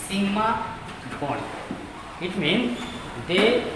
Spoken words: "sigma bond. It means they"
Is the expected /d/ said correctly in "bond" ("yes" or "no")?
no